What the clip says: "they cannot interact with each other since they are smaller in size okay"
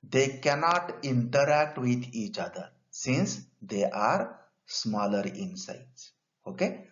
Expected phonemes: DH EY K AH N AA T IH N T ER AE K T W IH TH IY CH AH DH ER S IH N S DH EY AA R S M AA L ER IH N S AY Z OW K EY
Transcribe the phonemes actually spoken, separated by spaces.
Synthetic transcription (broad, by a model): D EY K AH N AA T IH N T ER AE K T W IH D IY CH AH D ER S IH N S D EY AA R S M AA L ER IH N S AY S OW K EY